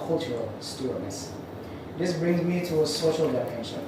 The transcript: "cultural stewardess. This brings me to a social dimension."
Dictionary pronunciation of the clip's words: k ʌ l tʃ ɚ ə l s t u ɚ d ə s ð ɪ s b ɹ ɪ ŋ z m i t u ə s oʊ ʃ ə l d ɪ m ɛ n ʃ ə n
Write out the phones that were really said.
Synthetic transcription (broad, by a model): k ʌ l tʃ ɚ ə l s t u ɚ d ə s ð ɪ s b ɹ ɪ ŋ z m i t u ə s oʊ ʃ ə l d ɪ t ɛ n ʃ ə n